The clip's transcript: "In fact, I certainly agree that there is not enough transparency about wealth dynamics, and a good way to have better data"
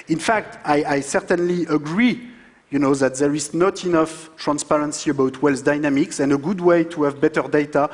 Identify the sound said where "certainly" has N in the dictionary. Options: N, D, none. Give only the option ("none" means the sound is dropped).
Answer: N